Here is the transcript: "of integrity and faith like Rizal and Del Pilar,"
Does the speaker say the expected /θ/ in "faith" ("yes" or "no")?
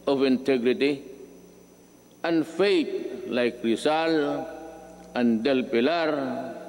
no